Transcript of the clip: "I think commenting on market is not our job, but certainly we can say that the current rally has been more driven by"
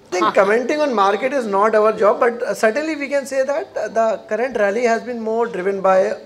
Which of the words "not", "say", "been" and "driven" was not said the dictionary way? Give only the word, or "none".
none